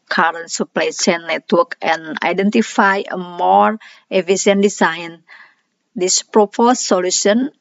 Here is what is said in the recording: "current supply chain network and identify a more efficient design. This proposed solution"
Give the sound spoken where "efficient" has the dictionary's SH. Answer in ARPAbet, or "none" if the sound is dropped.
S